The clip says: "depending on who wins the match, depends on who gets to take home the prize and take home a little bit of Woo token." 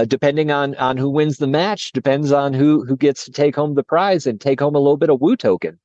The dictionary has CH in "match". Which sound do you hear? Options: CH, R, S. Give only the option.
CH